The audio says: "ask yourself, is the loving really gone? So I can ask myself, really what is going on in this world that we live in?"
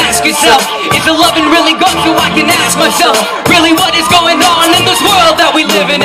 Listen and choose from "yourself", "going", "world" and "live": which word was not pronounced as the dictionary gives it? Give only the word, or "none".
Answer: none